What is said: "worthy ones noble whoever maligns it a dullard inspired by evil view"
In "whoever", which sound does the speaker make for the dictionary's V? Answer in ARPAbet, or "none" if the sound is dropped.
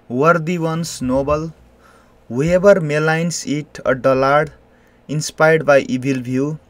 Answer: B